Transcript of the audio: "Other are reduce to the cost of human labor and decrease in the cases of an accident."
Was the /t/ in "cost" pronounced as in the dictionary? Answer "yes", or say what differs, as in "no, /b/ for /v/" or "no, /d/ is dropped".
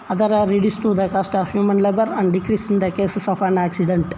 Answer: yes